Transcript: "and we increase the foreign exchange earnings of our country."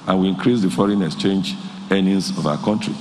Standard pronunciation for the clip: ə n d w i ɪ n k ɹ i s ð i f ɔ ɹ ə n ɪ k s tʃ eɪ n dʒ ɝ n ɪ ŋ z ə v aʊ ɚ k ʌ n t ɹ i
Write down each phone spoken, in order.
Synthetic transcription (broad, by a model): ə n w i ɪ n k ɹ i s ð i f ɔ ɹ ə n ɪ k s tʃ eɪ n dʒ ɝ n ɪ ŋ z ə v aʊ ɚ k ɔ n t ɹ i